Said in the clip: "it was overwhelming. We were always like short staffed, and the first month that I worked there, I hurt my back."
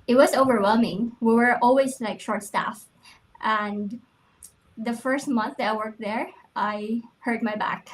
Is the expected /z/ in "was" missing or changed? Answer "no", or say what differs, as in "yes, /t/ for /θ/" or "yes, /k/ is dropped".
no